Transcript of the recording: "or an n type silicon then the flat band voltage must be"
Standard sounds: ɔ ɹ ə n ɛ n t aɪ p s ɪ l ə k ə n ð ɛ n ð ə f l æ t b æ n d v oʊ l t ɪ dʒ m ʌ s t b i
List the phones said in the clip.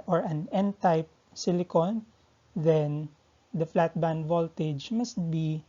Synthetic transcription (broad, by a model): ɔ ɹ ə n ɛ n t aɪ p s ɪ l ə k ə n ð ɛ n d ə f l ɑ t b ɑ n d v oʊ l t ɪ dʒ m ʌ s t b i